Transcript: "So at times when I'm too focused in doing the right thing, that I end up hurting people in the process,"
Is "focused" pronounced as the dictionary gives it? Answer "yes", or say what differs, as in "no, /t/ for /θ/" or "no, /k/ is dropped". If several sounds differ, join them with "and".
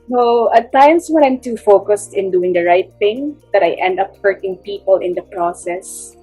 yes